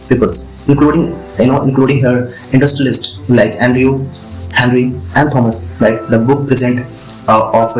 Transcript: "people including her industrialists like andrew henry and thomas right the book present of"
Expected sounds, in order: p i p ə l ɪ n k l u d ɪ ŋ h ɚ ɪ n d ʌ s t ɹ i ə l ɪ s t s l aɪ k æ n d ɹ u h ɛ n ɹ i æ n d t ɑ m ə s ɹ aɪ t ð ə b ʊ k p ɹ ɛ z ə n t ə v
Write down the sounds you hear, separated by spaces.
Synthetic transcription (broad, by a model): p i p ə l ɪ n k l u d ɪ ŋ h ɚ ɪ n d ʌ s t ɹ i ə l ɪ s t l aɪ k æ n d ɹ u h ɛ n ɹ i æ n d t ɑ m ə s l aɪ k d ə b ʊ k p ɹ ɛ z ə n t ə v